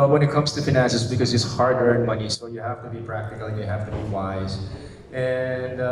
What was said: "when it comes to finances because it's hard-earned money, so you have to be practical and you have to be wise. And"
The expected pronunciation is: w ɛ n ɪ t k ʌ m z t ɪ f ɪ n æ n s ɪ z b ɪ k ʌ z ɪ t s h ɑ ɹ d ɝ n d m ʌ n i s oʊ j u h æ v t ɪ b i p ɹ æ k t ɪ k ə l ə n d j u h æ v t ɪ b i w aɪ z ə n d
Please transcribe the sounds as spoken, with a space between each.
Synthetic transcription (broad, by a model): w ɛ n ɪ t k ʌ m z t ɪ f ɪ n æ n s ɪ s b ɪ k ʌ z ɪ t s h ɑ ɹ d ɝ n m ʌ n i s oʊ j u h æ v t ɪ b i p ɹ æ k t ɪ k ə l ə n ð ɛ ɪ h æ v t ɪ b i w aɪ z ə n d